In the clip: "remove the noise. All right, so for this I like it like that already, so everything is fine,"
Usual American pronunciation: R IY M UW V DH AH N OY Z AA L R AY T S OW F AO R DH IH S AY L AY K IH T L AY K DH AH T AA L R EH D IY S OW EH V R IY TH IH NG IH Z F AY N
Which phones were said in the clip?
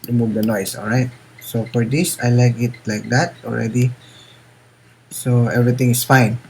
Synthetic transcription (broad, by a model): R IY M UW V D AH N OY S AA L R AY T S OW F AO R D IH S AY L AY K IH T L AY K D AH T AA L R EH D IY S OW EH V R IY T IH NG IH S F AY N